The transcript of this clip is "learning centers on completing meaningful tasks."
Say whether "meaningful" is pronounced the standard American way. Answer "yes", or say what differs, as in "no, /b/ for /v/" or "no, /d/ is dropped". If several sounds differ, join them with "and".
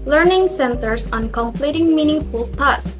yes